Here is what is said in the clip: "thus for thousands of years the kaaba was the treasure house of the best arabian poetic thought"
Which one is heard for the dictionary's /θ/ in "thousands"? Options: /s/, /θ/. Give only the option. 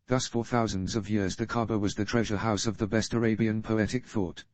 /θ/